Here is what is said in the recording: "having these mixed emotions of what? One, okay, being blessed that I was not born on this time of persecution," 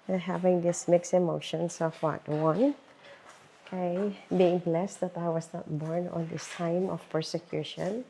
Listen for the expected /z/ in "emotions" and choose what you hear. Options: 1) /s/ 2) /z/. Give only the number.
1